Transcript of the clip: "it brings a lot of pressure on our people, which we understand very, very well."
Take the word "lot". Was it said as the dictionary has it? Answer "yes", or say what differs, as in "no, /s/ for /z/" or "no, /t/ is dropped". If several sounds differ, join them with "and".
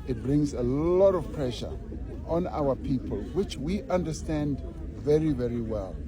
yes